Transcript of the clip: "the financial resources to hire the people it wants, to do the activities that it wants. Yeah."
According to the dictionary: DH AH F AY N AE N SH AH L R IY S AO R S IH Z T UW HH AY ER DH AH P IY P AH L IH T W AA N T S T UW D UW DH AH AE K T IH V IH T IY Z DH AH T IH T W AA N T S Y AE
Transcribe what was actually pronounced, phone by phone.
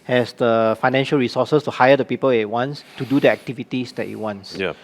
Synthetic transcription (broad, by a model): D AH F AY N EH N SH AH L R IY S AO S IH S T UW HH AY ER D AH P IY P AH L IH T W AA N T S T UW D UW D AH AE K T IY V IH T IY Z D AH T IH T W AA N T S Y